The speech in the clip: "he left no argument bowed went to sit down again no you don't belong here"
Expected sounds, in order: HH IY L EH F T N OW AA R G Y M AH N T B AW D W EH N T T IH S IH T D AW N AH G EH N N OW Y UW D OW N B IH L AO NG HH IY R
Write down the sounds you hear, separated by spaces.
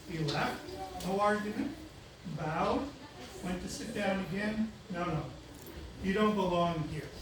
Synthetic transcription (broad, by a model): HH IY L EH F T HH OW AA R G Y AH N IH B AW D W EH N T T IH S IH T D AW N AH G EH N N OW Y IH D OW N B IH L AO NG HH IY R